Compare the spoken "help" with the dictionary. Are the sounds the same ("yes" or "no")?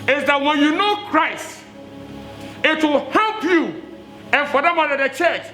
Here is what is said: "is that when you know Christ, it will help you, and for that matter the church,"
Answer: yes